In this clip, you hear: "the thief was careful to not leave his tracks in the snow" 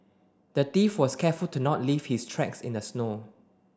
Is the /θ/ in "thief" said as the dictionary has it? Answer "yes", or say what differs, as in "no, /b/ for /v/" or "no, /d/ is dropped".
no, /t/ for /θ/